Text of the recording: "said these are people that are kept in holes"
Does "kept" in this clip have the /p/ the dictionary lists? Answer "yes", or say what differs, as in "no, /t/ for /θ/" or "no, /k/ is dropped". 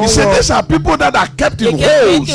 yes